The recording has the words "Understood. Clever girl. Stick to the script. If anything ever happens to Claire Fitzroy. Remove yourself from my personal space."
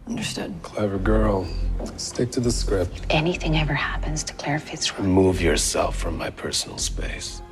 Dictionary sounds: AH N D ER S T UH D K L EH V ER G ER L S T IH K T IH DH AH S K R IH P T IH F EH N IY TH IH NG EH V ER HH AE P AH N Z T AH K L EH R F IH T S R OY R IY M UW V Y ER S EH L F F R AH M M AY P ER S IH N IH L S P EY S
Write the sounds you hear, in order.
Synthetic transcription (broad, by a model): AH N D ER S T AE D K L EH V ER G ER L S T IH K T IH DH AH S K R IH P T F EH N IY TH IH NG EH V ER HH AE P AH N Z T AH K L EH R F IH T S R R M UW V Y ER S EH L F F R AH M M AY P ER S N L S P EY S